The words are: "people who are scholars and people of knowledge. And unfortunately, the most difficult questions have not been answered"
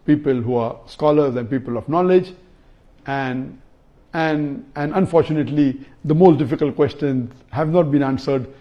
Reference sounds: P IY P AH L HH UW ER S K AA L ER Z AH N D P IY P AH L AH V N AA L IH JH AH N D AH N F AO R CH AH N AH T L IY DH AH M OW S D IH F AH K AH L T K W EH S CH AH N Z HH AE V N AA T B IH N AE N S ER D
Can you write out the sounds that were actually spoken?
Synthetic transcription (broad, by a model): P IY P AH L HH UW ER S K AA L ER Z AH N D P IY P AH L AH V N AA L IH JH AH N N AH N F AO R CH AH N AH T L IY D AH M OW S D IH F AH K AH L T K W EH S CH AH N Z HH AE V N AA T B IH N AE N S ER D